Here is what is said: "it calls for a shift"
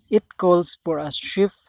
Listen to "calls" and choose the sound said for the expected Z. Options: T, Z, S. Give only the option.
S